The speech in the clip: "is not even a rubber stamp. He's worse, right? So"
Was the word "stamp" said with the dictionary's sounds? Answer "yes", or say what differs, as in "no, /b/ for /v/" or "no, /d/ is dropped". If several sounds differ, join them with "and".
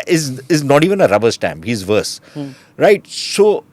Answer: no, /b/ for /p/